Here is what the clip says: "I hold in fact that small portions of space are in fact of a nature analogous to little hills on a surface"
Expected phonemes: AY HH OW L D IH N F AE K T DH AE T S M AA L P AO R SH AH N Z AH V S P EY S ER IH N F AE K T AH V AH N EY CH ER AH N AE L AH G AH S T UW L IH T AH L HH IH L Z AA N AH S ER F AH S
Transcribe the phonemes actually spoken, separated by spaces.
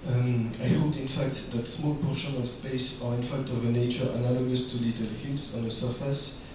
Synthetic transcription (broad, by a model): AY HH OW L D IH N F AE K T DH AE T S M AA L P AO SH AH N AH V S P EY S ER IH N F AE K T AH V AH N EY CH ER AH N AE L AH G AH S T UW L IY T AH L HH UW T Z AA N AH S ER F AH S